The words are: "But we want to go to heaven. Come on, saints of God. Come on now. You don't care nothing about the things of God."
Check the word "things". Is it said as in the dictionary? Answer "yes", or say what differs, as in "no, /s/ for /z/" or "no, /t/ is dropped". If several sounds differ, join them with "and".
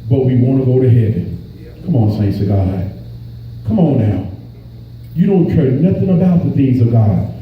yes